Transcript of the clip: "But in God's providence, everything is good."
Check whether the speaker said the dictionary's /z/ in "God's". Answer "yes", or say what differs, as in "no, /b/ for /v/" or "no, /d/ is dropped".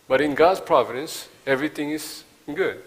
no, /s/ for /z/